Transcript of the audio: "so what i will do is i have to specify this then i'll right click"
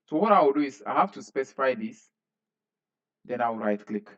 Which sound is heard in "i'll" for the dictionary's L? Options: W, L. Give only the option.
W